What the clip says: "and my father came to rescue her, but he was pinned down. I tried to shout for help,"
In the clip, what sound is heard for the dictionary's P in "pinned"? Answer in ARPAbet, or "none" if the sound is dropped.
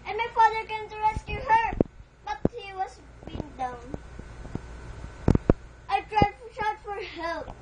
B